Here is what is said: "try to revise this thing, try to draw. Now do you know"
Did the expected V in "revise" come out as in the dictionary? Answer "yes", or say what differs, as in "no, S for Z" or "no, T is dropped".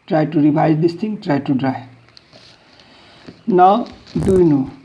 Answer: no, B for V